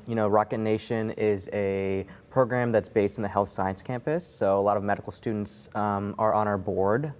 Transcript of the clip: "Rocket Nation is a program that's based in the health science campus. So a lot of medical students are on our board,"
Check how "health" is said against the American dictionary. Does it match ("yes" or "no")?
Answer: yes